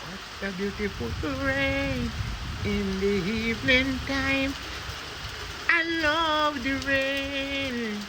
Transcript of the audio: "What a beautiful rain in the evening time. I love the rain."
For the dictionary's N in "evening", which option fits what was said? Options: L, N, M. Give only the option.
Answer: L